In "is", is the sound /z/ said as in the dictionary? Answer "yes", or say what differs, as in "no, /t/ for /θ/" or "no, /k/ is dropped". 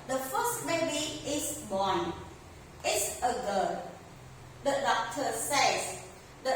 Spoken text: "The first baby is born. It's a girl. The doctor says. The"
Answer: no, /s/ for /z/